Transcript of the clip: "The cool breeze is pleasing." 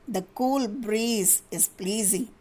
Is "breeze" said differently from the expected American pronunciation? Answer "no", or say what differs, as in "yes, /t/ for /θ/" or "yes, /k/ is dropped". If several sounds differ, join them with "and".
no